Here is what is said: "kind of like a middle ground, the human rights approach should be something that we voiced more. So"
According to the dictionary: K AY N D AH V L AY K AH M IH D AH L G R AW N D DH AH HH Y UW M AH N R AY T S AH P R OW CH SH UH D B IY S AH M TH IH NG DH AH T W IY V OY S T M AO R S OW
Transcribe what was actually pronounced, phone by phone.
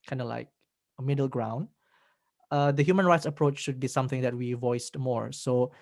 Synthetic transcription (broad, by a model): K AY N D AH L AY K AH M IH D AH L G R AW N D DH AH HH Y UW M AH N R AY T S AH P R OW CH SH UH D B IY S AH M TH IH NG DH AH T W IY V OY S T M AO R S OW